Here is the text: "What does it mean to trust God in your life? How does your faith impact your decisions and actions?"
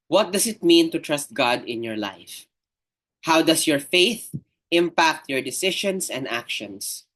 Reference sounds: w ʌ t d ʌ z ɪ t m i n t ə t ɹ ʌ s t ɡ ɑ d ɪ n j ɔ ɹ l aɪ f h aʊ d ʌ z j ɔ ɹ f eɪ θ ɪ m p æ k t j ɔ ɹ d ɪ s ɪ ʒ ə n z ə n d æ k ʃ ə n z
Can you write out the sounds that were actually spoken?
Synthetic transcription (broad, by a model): w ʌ t d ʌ s ɪ t m i n t ə t ɹ ʌ s t ɡ ɑ d ɪ n j ɔ ɹ l aɪ f h aʊ d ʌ s j ɔ ɹ f eɪ θ ɪ m p æ k t j ɔ ɹ d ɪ s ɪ ʃ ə n s ə n d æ k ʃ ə n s